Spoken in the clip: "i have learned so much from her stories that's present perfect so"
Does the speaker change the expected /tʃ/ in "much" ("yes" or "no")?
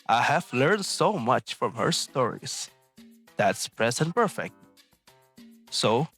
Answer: no